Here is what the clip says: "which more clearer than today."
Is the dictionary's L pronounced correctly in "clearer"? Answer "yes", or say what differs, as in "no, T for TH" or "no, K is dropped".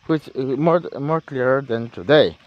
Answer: yes